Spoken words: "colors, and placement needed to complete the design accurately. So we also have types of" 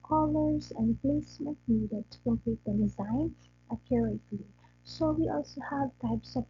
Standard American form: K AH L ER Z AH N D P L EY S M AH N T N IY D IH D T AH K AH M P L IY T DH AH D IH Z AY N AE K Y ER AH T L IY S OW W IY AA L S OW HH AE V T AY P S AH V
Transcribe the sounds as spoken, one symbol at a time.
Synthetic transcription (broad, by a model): K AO L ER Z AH N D P L EY S M AH N T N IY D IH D T AH K AH M P L IY T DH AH D IH Z AY N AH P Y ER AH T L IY S OW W IY AA L S OW HH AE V T AY P S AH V